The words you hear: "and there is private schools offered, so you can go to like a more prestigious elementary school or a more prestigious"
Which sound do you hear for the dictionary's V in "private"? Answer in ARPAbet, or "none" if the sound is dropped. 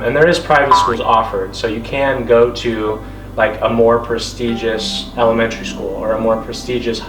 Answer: V